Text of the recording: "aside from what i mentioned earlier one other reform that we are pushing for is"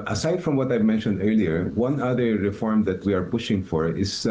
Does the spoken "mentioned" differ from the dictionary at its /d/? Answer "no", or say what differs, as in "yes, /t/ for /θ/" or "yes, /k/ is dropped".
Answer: no